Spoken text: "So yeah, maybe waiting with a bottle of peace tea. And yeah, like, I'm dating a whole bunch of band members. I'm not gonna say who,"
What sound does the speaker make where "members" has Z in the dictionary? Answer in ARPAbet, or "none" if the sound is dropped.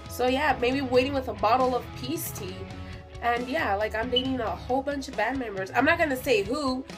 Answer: Z